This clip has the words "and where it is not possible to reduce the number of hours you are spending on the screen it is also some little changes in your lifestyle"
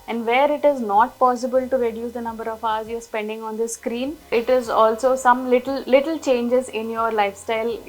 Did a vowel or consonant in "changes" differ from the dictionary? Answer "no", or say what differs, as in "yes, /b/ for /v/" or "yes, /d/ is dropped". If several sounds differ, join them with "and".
no